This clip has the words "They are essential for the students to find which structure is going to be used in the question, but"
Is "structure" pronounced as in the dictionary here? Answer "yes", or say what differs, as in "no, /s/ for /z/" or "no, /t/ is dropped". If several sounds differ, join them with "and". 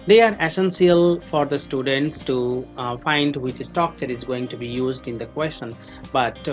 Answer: no, /ɹ/ is dropped